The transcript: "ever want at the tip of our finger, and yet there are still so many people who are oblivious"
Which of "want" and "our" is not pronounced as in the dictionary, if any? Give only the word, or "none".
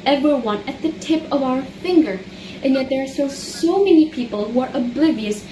want